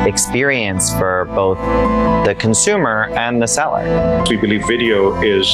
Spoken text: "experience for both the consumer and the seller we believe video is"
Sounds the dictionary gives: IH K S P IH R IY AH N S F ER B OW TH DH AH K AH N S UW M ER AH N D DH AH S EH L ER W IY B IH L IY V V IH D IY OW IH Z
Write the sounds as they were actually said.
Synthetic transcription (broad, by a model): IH K S P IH R IY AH N S F ER B OW TH DH AH K AH N S UW M ER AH N DH AH S EH L ER W IY B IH L IY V V IH D IY OW IH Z